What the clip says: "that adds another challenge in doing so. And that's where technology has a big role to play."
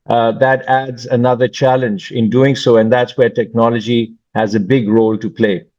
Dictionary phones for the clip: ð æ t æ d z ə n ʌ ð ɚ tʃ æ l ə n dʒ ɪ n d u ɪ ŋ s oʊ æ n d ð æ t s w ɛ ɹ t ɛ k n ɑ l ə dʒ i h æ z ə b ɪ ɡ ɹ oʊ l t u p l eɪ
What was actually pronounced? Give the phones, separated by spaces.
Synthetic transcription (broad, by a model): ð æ t æ d z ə n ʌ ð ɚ tʃ æ l ə n dʒ ɪ n d u ɪ ŋ s oʊ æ n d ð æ t s w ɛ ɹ t ɛ k n ɑ l ə dʒ i h æ z ə b ɪ ɡ ɹ oʊ l t u p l eɪ